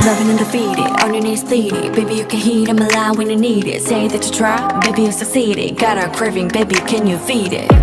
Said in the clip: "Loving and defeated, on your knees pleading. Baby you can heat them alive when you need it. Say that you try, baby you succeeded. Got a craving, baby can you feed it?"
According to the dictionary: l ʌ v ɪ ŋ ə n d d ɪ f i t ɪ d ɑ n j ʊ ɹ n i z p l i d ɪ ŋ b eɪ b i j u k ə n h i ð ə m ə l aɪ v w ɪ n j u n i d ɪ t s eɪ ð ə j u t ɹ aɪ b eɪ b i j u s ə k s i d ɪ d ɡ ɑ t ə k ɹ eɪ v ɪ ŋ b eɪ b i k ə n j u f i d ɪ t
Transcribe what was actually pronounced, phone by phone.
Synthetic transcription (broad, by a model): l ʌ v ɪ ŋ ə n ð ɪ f i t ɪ ɑ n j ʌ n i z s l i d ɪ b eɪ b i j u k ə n h i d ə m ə l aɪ w ɪ n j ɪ n i d ɪ t s eɪ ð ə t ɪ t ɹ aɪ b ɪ b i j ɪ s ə s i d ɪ ɡ ɑ t ə k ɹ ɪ v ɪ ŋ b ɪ b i k ə n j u f i d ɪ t